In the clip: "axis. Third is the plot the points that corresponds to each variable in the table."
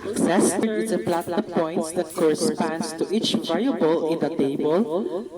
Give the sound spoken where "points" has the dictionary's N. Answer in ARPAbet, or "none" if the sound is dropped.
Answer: none